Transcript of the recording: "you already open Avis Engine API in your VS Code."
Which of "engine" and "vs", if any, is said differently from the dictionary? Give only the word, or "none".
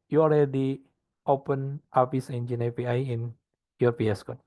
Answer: vs